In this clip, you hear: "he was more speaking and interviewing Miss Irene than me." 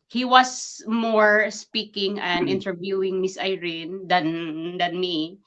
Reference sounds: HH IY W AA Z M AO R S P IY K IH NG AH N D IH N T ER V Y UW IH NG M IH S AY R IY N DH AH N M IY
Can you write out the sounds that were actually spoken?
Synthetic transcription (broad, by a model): HH IY W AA S M AO R S P IY K IH NG AH N D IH N T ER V Y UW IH NG M IH S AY R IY N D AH N M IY